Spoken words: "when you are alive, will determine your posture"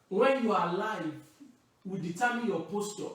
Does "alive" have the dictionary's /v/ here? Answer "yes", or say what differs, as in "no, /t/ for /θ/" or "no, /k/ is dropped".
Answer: yes